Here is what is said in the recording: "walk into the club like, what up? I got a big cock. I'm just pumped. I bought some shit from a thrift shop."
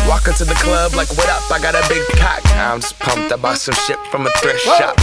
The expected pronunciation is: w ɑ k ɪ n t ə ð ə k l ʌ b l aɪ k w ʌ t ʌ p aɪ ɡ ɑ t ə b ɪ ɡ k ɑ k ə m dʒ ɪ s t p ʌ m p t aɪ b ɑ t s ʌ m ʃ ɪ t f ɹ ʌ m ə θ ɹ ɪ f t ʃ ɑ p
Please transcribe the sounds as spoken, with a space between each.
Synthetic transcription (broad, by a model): w ɑ k ɪ n t ə ð ə k l ʌ b l aɪ k w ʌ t ʌ p aɪ ɡ ɑ t ə b ɪ ɡ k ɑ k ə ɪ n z p ʌ m p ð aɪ b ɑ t s ʌ m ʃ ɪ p f ɹ ʌ m ə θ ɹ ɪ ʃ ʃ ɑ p